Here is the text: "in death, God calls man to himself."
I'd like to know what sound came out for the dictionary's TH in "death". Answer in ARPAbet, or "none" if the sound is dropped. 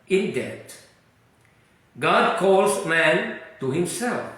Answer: T